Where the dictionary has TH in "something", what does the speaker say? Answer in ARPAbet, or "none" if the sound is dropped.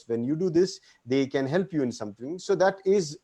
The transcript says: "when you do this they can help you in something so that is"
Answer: T